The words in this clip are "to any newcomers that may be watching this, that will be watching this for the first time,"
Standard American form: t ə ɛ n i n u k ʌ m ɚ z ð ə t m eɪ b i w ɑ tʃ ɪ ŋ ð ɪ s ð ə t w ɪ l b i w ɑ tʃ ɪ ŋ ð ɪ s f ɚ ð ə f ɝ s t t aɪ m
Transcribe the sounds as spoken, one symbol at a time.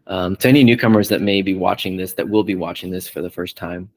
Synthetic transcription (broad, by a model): t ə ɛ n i n u k ʌ m ɚ z ð ə t m eɪ b i w ɑ tʃ ɪ ŋ ð ɪ s ð ə t w ɪ l b i w ɑ tʃ ɪ ŋ ð ɪ s f ɚ ð ə f ɝ s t t aɪ m